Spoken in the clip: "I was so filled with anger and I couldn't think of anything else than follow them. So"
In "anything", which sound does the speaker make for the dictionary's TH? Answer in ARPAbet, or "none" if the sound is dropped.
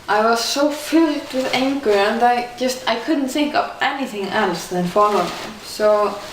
TH